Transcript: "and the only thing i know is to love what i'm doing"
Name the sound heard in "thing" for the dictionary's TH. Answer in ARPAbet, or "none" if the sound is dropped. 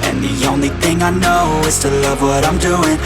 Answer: TH